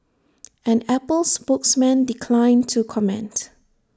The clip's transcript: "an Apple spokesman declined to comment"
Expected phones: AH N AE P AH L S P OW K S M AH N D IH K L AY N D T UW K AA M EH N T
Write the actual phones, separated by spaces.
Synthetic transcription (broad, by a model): AH N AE P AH L S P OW K S M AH N D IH K L AY N T UW K AA M EH N T